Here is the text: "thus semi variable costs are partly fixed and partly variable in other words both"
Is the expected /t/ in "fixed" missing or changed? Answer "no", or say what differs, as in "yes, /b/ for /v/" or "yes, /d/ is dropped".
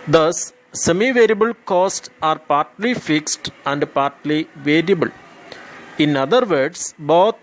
no